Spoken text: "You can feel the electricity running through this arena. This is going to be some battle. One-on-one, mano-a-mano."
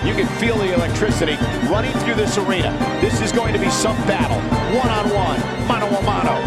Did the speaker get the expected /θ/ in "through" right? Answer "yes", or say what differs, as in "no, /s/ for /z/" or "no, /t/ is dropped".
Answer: yes